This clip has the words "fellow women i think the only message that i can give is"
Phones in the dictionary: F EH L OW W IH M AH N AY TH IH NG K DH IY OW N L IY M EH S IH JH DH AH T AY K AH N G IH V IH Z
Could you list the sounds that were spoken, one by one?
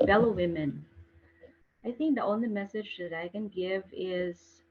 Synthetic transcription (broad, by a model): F EH L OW W IH M AH N AY TH IH NG K DH IY OW N L IY M EH S IH JH DH AH T AY K AH N G IH V IH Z